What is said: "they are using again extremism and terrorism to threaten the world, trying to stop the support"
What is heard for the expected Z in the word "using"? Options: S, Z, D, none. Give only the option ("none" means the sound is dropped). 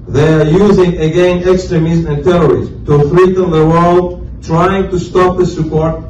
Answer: Z